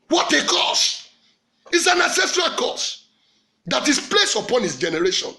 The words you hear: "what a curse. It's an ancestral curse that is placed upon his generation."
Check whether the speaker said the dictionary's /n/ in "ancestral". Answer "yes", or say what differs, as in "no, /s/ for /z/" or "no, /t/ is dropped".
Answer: no, /n/ is dropped